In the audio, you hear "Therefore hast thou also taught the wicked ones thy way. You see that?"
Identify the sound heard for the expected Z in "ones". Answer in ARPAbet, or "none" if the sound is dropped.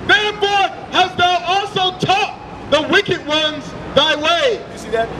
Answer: Z